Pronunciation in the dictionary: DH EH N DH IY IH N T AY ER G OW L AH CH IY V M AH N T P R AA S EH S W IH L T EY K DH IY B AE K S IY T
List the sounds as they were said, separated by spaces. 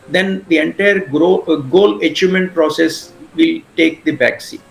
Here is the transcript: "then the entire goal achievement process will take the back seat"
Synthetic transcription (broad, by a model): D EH N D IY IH N T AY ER G OW L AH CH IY M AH N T P R AA S EH S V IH L T EY K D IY B AE K S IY